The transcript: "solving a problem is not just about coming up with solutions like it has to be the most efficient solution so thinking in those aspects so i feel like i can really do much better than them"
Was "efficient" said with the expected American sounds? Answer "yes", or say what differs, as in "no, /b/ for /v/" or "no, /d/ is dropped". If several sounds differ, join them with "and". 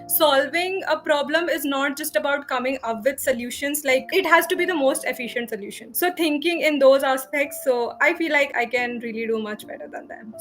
yes